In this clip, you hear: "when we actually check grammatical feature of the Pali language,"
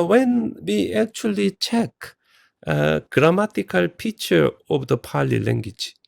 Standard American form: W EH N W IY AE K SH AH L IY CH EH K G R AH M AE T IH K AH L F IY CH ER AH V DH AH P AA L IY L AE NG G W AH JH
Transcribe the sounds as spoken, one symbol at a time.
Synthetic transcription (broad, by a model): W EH N W IY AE K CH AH L IY CH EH K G R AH M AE T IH K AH L P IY CH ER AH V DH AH P AA L IY L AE NG G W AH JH